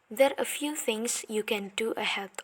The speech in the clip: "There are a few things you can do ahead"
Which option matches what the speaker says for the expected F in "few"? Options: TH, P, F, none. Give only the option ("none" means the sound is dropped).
F